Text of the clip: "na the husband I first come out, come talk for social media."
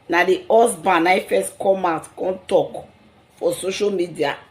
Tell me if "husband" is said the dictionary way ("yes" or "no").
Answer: no